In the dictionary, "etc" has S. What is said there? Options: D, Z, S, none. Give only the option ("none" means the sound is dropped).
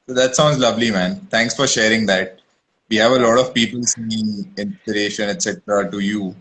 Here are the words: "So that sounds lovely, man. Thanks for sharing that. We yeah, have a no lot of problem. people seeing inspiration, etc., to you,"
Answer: S